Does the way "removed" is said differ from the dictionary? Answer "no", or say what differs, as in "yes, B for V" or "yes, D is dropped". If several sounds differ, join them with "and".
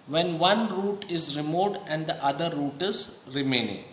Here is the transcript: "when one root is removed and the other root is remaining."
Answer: yes, V is dropped